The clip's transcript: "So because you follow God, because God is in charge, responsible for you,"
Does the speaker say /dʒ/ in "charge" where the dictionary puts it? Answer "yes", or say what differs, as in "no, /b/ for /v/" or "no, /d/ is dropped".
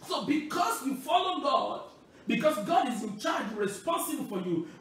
yes